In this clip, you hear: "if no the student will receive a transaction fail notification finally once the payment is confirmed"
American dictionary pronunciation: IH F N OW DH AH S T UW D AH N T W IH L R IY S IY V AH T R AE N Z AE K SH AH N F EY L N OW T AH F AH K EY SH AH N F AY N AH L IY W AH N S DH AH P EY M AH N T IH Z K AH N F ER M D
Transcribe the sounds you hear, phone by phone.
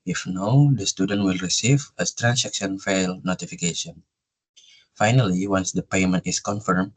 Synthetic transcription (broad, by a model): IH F N OW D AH S T UW D AH N T W IH L R IY S IY V AH T R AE N S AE K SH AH N F EY L N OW T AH F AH K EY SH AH N F AY N AH L IY W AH N S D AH P EY M AH N T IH S K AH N F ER M